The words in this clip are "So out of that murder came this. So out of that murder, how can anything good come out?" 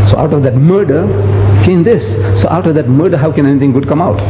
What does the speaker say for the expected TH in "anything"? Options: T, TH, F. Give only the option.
T